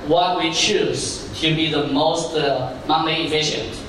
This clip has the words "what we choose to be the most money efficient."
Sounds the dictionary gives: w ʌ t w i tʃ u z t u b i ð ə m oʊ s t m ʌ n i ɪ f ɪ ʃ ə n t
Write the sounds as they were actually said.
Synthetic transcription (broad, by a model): w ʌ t w i tʃ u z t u b i ð ə m oʊ s t m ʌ l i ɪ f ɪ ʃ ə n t